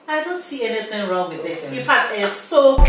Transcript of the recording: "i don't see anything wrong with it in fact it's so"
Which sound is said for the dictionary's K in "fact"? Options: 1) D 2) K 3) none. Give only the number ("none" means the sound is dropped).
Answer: 2